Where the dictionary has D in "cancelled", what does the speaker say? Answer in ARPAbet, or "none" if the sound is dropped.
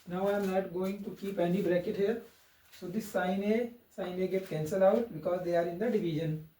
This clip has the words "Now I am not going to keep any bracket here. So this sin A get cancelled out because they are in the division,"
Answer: none